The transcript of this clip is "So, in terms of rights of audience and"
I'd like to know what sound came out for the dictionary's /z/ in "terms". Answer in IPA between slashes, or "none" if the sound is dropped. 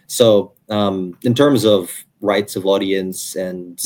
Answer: /z/